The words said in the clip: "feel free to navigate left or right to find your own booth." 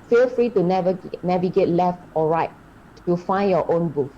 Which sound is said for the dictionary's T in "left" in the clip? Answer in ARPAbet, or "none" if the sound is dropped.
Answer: T